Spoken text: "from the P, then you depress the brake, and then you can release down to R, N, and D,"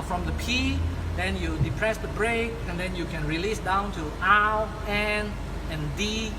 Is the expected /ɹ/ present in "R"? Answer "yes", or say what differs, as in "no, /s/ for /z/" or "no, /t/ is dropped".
no, /l/ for /ɹ/